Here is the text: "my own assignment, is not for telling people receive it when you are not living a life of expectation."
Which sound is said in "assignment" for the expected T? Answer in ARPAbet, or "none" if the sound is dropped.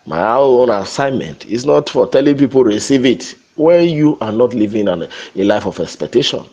T